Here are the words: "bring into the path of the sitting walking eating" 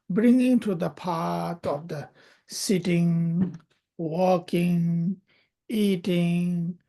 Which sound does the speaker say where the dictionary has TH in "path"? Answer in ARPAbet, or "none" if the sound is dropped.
T